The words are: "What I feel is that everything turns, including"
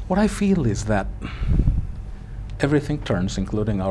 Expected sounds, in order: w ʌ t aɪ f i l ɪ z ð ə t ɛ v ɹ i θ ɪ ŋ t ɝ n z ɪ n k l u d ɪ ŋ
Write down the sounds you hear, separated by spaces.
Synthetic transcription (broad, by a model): w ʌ t aɪ f i l ɪ z ð ə t ɛ v ɹ i θ ɪ ŋ t ɝ n z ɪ n k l u d ɪ ŋ